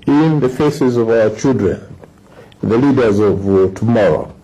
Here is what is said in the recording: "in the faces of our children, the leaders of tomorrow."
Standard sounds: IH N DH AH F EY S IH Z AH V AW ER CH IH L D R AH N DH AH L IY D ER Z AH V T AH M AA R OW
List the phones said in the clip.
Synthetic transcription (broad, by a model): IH N DH AH F EY S IH Z AH V AW ER CH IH L D R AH N DH AH L IY D ER Z AH V T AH M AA R OW